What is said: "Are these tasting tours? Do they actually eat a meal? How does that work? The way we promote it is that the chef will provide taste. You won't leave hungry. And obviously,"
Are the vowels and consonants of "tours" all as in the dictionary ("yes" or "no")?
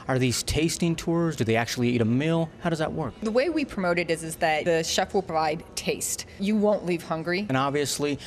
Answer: yes